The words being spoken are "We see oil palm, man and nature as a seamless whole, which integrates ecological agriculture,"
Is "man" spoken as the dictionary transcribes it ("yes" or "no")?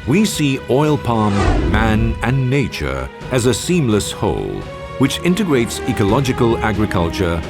yes